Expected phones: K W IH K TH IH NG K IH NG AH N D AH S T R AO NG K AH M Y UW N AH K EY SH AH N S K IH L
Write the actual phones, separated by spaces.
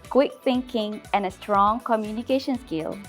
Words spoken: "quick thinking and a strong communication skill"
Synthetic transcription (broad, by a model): K W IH K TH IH NG K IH NG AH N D AH S T R AO NG K AH M Y UW N AH K EY SH AH N S K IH L